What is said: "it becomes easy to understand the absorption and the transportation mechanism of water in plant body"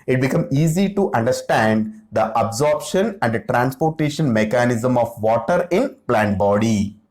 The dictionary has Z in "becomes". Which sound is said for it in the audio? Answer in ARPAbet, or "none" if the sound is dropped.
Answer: none